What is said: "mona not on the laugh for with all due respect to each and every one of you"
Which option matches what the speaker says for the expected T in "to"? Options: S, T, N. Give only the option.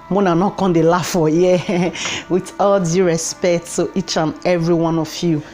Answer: S